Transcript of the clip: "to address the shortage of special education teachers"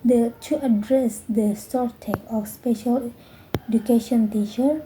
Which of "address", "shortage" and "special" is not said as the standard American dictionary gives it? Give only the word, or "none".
shortage